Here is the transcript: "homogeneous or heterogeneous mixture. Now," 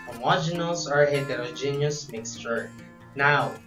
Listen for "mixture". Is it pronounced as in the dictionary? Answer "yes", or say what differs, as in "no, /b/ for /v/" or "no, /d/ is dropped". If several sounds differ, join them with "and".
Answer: yes